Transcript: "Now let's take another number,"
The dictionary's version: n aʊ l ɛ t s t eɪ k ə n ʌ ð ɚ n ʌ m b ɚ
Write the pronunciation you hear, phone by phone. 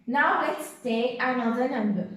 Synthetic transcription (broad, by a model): n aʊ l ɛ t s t eɪ ə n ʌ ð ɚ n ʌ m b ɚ